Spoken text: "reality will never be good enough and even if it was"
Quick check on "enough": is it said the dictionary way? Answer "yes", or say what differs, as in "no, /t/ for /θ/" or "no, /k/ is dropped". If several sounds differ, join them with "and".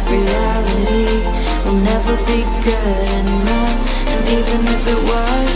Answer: no, /f/ is dropped